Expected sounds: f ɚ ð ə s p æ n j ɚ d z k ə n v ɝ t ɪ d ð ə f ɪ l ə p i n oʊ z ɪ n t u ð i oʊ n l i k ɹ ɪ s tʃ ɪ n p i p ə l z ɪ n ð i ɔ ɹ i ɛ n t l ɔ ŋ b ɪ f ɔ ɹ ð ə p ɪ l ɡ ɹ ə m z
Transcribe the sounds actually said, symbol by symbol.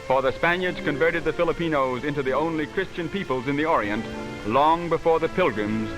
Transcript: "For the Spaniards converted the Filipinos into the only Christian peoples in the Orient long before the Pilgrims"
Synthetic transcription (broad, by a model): f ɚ ð ə s p æ n j ɚ d z k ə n v ɝ t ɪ d ð ə f ɪ l ə p i n oʊ z ɪ n t u ð i oʊ n l i k ɹ ɪ s tʃ ɪ n p i p ə l z ɪ n ð i ɔ ɹ i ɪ n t l ɔ ŋ b ɪ f ɔ ɹ ð ə p ɪ l ɡ ɹ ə m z